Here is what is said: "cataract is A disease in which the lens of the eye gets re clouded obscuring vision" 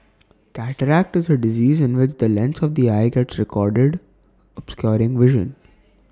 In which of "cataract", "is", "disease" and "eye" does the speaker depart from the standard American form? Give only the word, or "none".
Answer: none